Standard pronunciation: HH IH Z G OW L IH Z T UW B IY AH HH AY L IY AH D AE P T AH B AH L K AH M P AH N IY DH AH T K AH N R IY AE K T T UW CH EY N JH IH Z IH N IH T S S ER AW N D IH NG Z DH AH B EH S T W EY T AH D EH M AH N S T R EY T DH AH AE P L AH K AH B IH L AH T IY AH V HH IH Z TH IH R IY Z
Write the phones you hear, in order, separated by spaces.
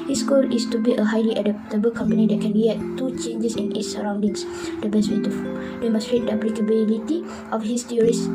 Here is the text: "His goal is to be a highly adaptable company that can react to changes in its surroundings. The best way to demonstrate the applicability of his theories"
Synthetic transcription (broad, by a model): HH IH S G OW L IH S T UW B IY AH HH AY L IY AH D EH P T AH B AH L K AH M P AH N IY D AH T K AH N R IY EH T T UW CH EY N JH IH S IH N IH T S S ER AW N D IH NG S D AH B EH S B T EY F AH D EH M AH S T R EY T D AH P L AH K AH B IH L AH T IY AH F HH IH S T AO R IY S